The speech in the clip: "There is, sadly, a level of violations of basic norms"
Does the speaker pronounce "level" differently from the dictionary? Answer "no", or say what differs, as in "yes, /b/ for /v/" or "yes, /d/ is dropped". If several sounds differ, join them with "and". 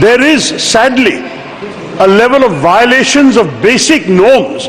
no